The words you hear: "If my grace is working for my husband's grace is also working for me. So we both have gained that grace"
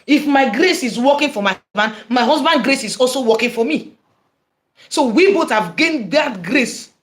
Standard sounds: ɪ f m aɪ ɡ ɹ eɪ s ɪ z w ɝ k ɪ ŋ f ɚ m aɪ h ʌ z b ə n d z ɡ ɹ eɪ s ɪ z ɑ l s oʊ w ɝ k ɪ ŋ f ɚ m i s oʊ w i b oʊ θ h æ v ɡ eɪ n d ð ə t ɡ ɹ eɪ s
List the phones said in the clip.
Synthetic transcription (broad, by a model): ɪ f m aɪ ɡ ɹ eɪ s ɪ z w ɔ k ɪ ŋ f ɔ m aɪ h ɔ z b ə n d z ɡ ɹ eɪ s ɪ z ɑ l s oʊ w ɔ k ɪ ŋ f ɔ m i s oʊ w i b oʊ t h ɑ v ɡ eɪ n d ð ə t ɡ ɹ eɪ s